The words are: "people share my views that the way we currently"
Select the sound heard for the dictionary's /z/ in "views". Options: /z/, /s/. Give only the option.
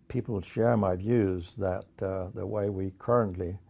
/z/